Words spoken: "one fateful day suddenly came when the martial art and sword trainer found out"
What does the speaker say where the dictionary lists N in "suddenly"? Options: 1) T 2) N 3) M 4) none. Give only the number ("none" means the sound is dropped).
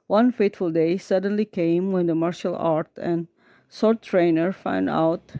2